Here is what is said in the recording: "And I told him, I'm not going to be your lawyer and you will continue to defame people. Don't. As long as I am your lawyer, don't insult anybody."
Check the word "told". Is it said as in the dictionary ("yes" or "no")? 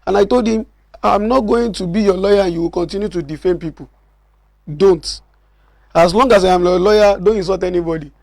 yes